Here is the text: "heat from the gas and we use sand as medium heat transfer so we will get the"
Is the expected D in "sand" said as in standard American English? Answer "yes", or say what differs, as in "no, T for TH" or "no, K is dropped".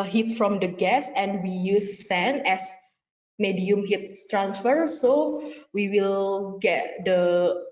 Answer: no, D is dropped